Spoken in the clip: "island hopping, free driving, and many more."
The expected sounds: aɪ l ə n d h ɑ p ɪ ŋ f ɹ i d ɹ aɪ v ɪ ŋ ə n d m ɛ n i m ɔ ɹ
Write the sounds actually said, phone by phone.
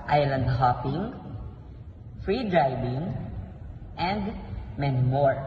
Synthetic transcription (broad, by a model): aɪ l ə n d h ɑ p ɪ ŋ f ɹ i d ɹ aɪ b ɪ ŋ ə n d m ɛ n m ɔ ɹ